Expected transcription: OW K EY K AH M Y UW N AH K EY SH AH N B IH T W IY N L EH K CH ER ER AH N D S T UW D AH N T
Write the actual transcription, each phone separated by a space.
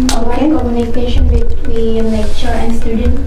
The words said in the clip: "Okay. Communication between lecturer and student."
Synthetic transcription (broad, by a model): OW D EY K AH M Y UW N AH K EY SH AH N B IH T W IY N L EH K CH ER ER AH N D S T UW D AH N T